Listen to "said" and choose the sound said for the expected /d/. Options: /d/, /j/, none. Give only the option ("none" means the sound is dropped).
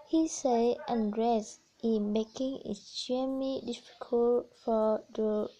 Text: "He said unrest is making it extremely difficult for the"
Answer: none